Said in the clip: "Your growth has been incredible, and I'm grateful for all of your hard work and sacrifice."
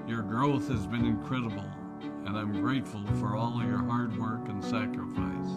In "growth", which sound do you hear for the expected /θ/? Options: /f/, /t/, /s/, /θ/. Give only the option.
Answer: /θ/